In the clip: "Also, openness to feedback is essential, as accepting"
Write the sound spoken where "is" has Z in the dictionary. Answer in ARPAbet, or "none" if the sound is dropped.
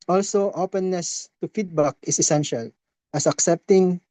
S